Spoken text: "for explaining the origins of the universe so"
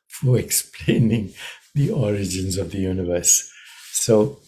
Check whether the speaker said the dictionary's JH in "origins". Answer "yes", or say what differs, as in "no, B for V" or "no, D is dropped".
yes